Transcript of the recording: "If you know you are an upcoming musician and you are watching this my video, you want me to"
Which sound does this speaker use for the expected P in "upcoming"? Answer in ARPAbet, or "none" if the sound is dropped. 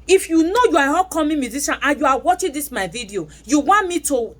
none